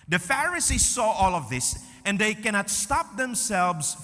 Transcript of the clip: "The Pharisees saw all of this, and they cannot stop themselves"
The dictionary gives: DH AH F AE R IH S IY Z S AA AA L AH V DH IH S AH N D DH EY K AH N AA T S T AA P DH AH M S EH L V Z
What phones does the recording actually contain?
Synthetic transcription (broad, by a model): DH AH F AE R IH S IY Z S AA AA L AH V DH IH S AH N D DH EY K AH N AA T S T AA P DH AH M S EH L V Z